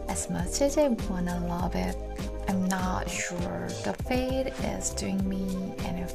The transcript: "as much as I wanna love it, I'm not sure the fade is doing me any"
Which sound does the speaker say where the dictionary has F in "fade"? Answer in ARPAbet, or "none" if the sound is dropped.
F